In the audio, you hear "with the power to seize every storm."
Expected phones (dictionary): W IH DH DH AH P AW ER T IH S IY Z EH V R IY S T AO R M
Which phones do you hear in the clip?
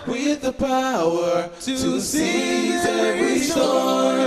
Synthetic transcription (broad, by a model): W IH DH DH AH P AW ER T IH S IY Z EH R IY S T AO